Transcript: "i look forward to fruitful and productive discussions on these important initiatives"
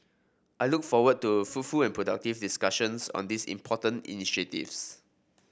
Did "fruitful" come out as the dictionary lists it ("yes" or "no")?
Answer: no